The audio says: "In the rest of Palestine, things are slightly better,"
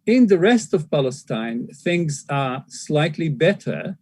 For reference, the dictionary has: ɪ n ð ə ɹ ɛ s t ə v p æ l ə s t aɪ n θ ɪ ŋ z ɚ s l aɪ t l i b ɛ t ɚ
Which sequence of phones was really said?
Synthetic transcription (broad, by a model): ɪ n ð ə ɹ ɛ s t ə v p æ l ə s t aɪ n θ ɪ ŋ z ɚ s l aɪ t l i b ɛ t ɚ